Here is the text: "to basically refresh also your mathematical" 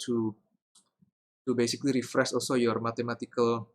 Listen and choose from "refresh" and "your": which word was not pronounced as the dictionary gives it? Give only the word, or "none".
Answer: refresh